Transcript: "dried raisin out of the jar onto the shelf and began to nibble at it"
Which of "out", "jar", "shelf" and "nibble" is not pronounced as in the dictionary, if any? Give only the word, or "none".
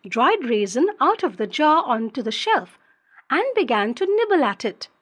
none